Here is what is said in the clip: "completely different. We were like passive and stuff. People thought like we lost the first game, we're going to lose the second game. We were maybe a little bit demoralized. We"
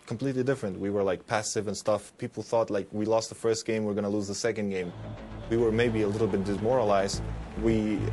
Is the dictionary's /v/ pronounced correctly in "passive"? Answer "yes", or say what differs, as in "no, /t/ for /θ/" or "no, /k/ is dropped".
yes